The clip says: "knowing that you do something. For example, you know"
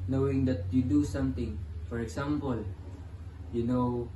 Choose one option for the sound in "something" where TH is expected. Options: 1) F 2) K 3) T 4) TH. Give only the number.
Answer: 3